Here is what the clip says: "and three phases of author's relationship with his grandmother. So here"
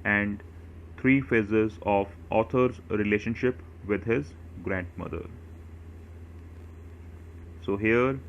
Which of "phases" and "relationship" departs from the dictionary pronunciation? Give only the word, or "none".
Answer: none